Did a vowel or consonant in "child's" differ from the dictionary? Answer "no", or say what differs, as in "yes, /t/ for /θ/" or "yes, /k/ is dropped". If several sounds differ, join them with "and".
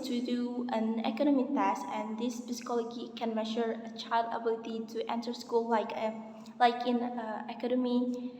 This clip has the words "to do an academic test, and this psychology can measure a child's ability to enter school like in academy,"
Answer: yes, /z/ is dropped